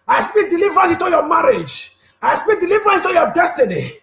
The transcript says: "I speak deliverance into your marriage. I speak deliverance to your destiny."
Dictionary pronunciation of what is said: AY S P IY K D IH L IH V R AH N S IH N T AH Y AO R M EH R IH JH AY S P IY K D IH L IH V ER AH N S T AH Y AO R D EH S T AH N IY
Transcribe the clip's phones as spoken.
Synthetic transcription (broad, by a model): AY S P IY K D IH L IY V R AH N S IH T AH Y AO M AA R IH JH AY S P IY K D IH L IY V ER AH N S T AH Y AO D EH S T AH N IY